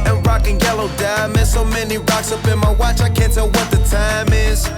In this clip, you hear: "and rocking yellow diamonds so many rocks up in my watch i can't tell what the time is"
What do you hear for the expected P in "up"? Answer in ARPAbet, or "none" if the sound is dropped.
B